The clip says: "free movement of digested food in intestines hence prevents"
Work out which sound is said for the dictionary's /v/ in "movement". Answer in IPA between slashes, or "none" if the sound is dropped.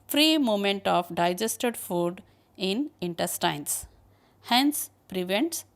none